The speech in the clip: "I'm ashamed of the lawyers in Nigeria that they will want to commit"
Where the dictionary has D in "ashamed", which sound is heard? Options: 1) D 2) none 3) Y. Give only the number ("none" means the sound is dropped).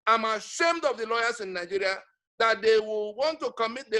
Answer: 1